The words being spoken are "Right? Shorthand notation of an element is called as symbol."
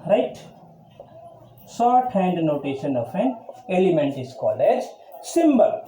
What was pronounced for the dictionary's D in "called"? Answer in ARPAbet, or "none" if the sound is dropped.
none